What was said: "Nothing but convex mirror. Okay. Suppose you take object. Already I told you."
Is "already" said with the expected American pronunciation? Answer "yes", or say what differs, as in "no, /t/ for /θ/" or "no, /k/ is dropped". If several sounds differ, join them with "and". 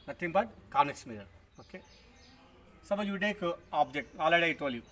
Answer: no, /ɹ/ is dropped